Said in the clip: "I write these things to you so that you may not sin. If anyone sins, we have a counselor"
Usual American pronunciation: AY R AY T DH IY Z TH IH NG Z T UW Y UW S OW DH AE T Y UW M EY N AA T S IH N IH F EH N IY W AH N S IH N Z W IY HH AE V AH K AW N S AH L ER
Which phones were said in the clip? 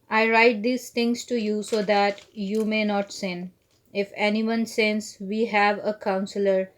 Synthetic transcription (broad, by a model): AY R AY T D IY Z T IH NG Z T UW Y UW S OW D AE T Y UW M EY N AA T S IH N IH F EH N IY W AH N S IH N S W IY HH AE V AH K AW N S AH L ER